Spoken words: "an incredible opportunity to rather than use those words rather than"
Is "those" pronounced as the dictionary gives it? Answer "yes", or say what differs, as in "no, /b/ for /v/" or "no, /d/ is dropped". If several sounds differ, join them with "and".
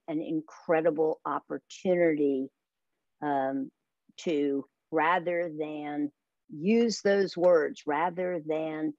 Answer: yes